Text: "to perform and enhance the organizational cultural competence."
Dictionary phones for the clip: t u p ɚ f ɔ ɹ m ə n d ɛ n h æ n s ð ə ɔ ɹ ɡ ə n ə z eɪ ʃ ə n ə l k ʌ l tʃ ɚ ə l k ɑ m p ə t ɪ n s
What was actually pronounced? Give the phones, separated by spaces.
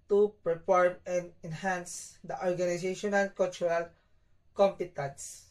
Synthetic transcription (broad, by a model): t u p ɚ p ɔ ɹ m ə n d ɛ n h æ n s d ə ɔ ɹ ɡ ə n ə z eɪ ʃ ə n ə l k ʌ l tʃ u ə l k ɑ m p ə t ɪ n s